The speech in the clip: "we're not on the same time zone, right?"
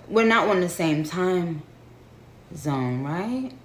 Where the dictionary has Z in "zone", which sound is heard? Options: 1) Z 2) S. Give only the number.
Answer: 1